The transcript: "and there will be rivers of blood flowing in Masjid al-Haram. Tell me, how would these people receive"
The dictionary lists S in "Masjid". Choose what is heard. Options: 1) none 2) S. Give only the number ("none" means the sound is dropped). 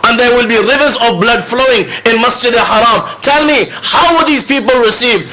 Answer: 2